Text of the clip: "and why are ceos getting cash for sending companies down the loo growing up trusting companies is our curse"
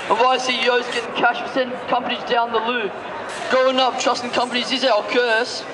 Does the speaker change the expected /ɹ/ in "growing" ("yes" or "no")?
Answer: yes